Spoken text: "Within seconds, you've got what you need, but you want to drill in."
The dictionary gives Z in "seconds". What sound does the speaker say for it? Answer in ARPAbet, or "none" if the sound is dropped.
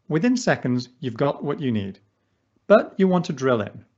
Z